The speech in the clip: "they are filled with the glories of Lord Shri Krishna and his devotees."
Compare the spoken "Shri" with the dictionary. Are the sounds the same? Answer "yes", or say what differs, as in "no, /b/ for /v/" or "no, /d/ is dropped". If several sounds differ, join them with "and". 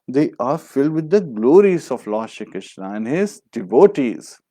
no, /ɹ/ is dropped